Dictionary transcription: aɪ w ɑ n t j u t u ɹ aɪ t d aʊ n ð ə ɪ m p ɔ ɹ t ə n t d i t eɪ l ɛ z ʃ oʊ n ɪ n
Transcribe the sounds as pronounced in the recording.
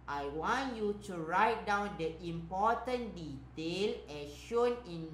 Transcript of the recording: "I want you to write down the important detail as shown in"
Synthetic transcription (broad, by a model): aɪ w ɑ n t j u t u ɹ aɪ t d aʊ n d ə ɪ m p ɔ t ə n d i t eɪ l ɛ ʃ oʊ n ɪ n